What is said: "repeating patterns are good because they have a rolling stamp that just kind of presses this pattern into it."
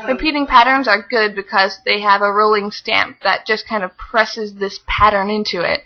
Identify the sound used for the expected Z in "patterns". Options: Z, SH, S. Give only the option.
Z